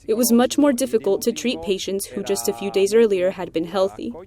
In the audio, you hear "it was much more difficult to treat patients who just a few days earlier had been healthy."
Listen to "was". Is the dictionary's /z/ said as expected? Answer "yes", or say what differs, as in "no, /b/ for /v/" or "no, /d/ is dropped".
yes